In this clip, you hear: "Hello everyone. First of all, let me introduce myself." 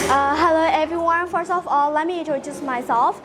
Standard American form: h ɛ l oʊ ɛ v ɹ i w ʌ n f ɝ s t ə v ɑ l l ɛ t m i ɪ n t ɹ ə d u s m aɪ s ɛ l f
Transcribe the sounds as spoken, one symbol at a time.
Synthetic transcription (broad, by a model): h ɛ l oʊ ɛ v ɹ i w ʌ n f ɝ s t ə f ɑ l l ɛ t m i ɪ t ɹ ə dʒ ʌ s m aɪ s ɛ l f